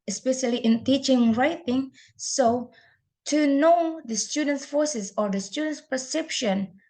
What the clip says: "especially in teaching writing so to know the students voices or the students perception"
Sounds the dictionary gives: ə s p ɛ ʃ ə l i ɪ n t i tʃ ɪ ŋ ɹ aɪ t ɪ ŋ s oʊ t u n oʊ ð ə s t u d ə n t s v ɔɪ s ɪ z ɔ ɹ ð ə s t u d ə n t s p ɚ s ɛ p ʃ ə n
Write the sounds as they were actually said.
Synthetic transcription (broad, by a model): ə s p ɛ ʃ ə l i ɪ n t i tʃ ɪ ŋ ɹ aɪ t ɪ ŋ s oʊ t u n oʊ ð ə s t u d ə n t s f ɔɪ s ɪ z ɔ ɹ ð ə s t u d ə n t s p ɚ s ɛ p ʃ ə n